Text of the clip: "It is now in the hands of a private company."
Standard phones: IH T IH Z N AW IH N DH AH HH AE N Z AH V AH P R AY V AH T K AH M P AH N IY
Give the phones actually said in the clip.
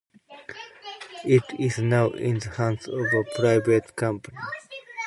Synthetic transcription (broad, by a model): IH T IH Z N AW IH N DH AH HH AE N S AH V AH P R AY V AH T K AH M P AH N IY